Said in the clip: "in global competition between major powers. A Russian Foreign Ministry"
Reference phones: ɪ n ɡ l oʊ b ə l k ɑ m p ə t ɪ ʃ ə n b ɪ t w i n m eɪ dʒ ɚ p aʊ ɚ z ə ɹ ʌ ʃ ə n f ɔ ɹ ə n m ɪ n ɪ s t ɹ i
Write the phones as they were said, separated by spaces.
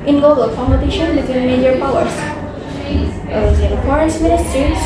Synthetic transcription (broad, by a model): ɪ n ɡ oʊ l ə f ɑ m ə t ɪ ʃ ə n b ɪ t w i n m eɪ dʒ ɚ p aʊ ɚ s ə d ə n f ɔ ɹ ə n m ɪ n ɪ s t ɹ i